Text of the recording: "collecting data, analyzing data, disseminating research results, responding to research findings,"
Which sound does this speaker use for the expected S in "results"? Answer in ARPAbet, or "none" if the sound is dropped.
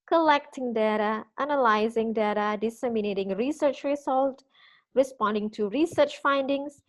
none